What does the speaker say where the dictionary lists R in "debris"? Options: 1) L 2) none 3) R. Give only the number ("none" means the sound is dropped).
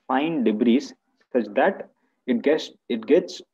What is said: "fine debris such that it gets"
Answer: 3